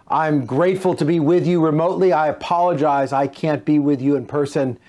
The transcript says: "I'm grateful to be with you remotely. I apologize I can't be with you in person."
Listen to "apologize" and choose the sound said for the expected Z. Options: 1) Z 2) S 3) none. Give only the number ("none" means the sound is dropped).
1